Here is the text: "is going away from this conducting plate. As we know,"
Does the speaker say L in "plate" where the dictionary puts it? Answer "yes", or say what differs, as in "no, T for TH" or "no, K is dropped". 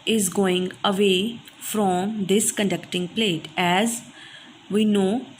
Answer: yes